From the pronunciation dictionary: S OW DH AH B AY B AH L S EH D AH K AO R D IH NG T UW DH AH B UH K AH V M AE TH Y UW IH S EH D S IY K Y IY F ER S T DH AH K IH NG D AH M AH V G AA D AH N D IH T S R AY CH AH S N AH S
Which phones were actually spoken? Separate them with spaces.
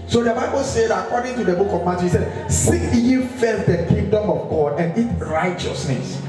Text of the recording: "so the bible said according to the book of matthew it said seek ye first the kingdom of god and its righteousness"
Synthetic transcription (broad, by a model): S OW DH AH B AY B AH L S EH D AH K AO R D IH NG T UW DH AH B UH K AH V M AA T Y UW S EH D S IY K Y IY F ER T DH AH K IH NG D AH M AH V G AA D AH N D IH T R AY CH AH S N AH S